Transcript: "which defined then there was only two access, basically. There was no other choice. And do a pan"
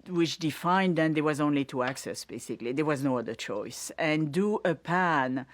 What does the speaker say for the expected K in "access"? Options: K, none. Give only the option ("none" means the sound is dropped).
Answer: K